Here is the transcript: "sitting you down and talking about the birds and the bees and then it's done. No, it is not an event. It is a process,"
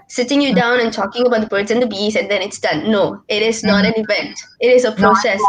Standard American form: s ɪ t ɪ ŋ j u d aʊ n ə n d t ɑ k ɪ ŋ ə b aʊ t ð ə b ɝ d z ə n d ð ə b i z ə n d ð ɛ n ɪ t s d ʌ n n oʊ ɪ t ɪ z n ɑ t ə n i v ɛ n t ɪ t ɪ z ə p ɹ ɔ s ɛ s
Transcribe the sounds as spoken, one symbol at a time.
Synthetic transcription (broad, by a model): s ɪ t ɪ ŋ j u d aʊ n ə n t ɑ k ɪ ŋ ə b aʊ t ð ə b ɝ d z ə n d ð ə b i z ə n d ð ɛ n ɪ t s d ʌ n n oʊ ɪ t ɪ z n ɑ t ə n i v ɛ n t ɪ t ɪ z ə p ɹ ɔ s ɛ s